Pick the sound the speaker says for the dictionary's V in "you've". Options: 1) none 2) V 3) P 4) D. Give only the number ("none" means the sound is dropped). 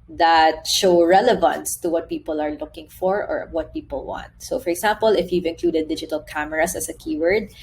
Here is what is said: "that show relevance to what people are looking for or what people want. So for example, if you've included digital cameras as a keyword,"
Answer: 2